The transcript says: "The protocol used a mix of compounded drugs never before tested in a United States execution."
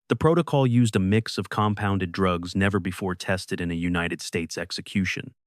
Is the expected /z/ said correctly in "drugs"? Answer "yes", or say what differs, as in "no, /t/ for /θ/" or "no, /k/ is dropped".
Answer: yes